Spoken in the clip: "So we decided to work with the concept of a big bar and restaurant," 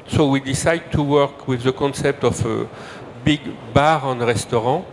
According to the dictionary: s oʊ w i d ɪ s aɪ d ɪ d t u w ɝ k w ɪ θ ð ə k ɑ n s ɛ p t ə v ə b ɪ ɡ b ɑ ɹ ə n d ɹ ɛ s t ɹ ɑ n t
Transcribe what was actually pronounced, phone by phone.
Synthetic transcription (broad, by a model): s oʊ w i d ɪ s aɪ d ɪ d t u w ɝ k w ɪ ð ə k ɑ n s ɛ p t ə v ə b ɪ ɡ b ɑ ɹ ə n ɹ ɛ s t ɹ ɑ